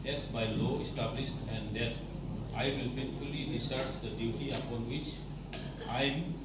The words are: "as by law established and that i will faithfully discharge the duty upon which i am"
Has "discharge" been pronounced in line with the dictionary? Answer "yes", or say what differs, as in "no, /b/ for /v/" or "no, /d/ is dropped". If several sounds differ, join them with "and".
no, /tʃ/ is dropped